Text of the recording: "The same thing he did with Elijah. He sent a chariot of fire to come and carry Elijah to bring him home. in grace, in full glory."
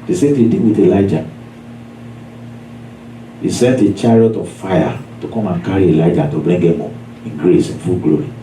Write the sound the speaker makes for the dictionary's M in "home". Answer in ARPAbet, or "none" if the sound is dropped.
none